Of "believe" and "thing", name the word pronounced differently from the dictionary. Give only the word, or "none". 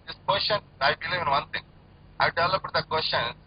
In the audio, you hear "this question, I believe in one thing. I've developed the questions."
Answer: thing